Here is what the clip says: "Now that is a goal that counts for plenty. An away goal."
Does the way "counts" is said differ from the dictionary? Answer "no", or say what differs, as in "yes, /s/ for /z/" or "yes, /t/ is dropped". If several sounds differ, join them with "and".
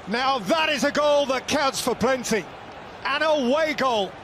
yes, /n/ is dropped